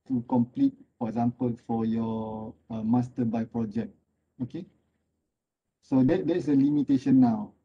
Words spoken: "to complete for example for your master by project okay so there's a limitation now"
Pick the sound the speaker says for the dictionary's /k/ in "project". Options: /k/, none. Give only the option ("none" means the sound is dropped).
/k/